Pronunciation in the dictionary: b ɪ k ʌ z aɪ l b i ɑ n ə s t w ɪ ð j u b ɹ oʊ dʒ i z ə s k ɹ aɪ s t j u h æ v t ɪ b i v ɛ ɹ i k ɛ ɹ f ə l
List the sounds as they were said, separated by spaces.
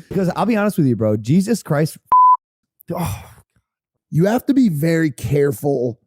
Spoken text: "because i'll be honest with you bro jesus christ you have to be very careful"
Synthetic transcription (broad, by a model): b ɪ k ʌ z aɪ l b i ɑ n ə s t w ɪ ð j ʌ b ɹ oʊ dʒ i z ə s k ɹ aɪ s t j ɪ h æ f t ɪ b i v ɛ ɹ i k ɛ ɹ f l